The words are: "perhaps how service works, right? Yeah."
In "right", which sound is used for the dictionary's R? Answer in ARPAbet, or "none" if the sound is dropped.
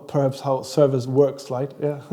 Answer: L